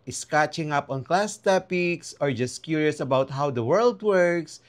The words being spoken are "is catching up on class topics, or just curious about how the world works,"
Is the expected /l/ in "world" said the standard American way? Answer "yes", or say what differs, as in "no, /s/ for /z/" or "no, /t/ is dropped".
yes